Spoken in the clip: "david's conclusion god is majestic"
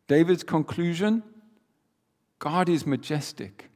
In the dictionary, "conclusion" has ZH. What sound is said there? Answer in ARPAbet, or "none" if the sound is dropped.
ZH